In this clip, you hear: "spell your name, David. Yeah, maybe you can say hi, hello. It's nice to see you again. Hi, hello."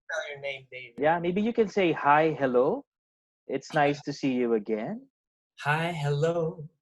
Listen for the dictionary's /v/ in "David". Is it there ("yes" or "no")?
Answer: no